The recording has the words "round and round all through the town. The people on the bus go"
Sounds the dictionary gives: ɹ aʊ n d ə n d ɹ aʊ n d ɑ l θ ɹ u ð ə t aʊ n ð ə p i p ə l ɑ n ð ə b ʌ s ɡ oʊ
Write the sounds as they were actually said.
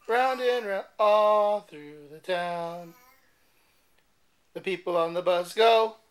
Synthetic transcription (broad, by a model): ɹ aʊ n d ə n ɹ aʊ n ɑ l θ ɹ u ð ə t aʊ n ð ə p i p l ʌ n ð ə b ʌ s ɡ oʊ